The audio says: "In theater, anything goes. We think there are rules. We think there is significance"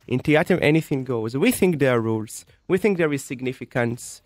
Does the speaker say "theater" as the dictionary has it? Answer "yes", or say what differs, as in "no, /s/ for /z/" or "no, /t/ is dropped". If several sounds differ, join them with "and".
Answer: no, /t/ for /θ/